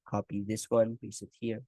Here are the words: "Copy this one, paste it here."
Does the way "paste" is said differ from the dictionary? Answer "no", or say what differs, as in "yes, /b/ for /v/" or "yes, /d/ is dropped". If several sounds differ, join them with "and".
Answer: yes, /t/ is dropped